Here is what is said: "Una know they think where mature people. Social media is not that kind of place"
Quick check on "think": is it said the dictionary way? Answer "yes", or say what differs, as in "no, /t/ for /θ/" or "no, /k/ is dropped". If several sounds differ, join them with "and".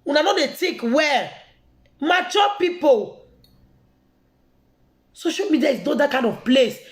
no, /t/ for /θ/ and /ŋ/ is dropped